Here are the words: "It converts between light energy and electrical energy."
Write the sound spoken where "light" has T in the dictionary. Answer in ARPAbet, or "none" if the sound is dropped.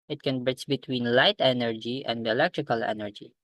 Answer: T